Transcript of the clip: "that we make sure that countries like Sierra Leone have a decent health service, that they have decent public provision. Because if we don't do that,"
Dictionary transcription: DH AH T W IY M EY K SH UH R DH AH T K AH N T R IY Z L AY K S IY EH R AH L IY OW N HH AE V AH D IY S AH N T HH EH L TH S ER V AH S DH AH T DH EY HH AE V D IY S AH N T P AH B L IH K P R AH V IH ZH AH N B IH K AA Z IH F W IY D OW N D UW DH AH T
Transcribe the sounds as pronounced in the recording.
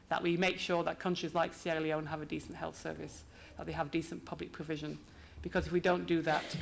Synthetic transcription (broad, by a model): DH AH T W IY M EY K SH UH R DH AH T K AH N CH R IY Z L AY K S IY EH L IY OW N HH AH V AH D IY S AH N T HH EH L TH S ER V AH S DH AH T DH EY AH V D IY S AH N P AH B L IH K P R AH V IH ZH AH N B IH K AA Z IH F W IY D OW N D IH DH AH T